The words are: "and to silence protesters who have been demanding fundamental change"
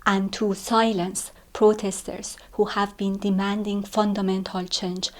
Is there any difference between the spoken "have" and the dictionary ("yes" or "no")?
no